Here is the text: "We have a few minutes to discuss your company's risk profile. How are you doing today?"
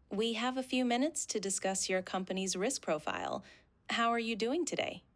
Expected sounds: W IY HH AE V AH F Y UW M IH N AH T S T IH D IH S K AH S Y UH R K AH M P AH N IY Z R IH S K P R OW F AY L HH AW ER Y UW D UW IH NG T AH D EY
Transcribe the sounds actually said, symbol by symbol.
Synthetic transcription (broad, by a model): W IY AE V AH F Y UW M IH N AH T S T IH D IH S K AH S Y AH R K AH M P AH N IY Z R IH S K P R OW F AY L HH AW ER Y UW D UW IH NG T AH D EY